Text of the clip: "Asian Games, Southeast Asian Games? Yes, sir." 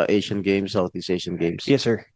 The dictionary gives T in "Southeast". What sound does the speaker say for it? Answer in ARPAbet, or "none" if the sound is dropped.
none